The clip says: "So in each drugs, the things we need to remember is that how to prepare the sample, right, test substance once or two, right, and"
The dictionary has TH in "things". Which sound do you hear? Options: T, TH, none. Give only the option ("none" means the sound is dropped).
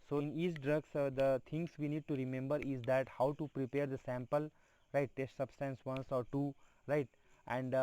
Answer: T